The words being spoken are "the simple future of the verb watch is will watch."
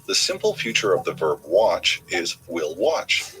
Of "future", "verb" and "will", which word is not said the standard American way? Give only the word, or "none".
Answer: none